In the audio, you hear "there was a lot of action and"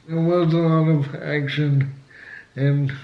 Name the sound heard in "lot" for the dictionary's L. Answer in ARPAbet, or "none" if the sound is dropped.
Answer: L